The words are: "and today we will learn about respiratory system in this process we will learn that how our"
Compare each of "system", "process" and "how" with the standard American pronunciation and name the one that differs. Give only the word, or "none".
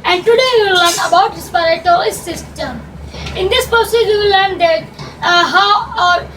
process